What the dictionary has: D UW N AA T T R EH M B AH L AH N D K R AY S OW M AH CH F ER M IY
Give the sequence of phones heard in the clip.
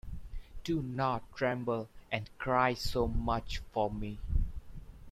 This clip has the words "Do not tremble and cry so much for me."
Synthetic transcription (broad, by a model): D UW N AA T T R EH M B AH L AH N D K R AY S OW M AH CH F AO M IY